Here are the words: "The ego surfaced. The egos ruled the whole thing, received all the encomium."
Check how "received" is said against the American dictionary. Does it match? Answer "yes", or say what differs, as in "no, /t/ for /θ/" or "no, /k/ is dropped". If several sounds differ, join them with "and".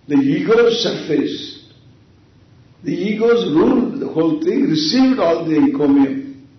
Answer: yes